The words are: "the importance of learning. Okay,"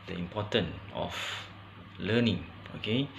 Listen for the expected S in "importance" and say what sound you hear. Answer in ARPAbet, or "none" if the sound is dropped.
none